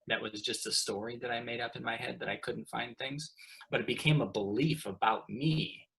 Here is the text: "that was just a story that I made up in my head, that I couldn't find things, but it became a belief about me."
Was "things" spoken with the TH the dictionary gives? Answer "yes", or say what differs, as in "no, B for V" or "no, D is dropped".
yes